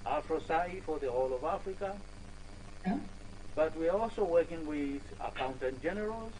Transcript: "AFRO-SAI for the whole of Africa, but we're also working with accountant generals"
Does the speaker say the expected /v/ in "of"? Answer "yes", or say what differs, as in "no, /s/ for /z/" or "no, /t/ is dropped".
yes